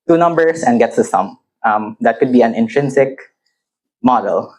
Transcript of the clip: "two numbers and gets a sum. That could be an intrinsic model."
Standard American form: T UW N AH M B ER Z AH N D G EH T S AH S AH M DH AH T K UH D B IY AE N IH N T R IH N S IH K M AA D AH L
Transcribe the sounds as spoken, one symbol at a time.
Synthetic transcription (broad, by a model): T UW N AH M B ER S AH N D G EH T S AH S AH M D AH T K UH D B IY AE N IH N T R IH N S IH K M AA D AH L